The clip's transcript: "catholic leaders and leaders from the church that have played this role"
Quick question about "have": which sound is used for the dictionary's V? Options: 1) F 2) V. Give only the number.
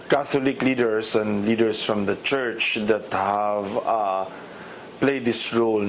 2